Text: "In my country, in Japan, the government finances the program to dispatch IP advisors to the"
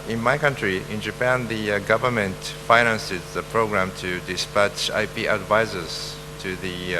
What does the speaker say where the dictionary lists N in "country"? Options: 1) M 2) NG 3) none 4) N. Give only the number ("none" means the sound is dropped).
4